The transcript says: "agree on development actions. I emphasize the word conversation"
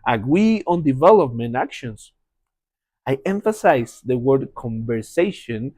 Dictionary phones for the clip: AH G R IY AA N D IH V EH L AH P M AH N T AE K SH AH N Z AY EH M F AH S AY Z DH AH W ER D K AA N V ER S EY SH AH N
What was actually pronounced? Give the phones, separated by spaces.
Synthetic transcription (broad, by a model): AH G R IY AA N D IH V EH L AH P M AH N T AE K SH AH N S AY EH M F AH S AY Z DH AH W ER D K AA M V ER S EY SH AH N